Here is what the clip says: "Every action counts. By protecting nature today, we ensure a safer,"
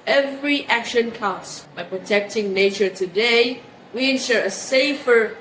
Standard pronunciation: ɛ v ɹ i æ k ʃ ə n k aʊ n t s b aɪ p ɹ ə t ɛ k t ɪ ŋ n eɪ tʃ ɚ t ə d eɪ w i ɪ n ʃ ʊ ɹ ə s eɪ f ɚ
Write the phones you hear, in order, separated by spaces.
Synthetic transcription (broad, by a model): ɛ v ɹ i æ k ʃ ə n k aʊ s b aɪ p ɹ ə t ɛ k t ɪ ŋ n eɪ tʃ ɚ t ə d eɪ w i ɪ n ʃ ʊ ɹ ə s eɪ f ɚ